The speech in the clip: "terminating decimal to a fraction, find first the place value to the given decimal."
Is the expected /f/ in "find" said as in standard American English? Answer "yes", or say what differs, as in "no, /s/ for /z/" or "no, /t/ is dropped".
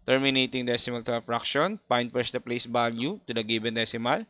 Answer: no, /p/ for /f/